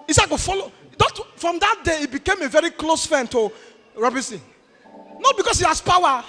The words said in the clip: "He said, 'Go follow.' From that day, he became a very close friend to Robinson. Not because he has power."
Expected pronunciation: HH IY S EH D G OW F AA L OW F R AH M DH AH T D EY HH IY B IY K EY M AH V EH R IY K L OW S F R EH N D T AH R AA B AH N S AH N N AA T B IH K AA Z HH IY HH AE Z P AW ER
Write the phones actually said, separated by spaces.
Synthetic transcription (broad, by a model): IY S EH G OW F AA L OW F R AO M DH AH T D EY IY B IY K EY M AH V EH R IY K L OW S F EH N T AH R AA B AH S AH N N AA T B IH K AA S HH IY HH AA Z P AW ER